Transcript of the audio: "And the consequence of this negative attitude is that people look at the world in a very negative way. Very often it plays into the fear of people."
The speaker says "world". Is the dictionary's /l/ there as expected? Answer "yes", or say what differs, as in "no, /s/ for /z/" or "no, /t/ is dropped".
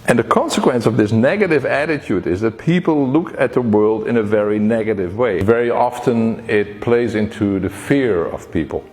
yes